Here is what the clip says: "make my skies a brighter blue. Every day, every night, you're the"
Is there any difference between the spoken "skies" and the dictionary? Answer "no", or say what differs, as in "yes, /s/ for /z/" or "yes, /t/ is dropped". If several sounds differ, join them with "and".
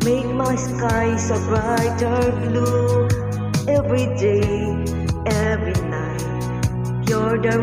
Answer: yes, /s/ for /z/